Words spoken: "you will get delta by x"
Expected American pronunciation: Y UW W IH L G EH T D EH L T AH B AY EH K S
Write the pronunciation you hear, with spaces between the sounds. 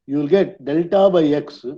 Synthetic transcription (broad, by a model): Y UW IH L G EH T D EH L T AH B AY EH K S